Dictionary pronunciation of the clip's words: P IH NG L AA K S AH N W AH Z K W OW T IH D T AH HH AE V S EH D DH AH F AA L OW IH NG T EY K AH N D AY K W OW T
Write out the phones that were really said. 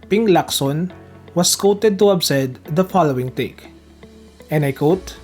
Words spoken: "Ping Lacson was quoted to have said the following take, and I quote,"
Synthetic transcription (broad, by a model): P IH NG L AA K S AH N W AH S K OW T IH D T AH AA B S EH D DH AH F AA L OW IH NG T EY K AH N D AY K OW T